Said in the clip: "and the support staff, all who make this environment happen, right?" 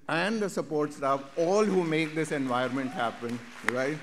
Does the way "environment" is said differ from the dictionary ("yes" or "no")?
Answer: yes